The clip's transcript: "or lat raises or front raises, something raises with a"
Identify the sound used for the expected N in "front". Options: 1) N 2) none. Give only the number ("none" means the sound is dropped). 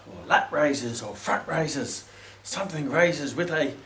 2